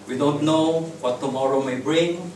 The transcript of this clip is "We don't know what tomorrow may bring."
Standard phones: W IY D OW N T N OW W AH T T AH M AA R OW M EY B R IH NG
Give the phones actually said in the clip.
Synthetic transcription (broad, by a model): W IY D OW N T N OW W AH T T AH M AA R OW M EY B R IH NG